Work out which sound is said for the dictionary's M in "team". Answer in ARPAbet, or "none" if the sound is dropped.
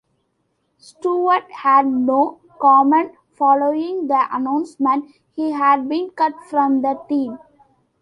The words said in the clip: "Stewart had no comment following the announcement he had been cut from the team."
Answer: M